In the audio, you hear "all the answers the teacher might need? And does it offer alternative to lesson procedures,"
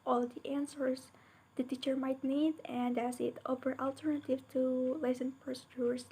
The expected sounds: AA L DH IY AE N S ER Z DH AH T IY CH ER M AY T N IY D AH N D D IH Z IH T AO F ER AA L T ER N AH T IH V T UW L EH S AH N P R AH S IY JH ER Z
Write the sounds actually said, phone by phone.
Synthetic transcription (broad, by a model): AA L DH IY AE N S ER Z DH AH T IY CH ER M AY T N IY D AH N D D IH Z IH T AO P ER AA L T ER N AH T IH V T UW L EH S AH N P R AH S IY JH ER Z